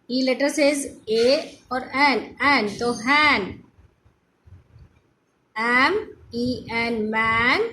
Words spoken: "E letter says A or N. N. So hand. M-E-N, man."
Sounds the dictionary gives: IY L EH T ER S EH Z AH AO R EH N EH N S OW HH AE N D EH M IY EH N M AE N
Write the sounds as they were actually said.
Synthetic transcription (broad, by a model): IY L EH T ER S EH Z AH AO R EH N EH N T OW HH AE N EH M IY EH N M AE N